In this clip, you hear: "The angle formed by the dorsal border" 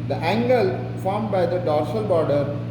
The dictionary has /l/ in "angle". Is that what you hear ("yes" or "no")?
yes